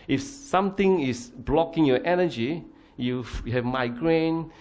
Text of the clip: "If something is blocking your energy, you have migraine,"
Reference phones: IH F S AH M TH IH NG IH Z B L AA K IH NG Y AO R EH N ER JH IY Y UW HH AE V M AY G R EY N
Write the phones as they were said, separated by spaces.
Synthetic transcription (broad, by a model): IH F S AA M T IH NG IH S B L AA K IH NG Y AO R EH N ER JH IY Y UW HH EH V M AY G R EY N